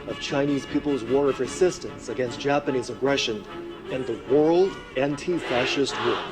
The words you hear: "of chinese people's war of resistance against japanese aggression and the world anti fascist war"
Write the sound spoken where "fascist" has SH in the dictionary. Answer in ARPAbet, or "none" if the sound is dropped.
SH